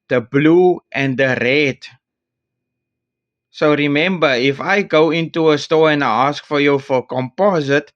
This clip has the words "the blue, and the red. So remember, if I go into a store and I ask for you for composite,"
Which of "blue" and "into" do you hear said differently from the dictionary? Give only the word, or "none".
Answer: none